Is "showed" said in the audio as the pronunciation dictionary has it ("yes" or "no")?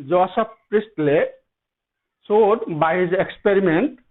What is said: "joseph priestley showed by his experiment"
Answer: no